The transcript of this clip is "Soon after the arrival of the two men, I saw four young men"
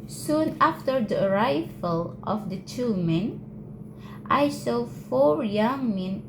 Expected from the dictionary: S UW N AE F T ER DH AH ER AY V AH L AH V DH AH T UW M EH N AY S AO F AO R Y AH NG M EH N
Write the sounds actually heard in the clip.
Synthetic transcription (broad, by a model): S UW N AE F T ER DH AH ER AY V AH L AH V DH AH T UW M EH N AY S AO F AO R Y AH NG M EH N